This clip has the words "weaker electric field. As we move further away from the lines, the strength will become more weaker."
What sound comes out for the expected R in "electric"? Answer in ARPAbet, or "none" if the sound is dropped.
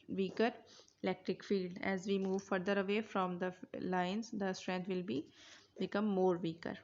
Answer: R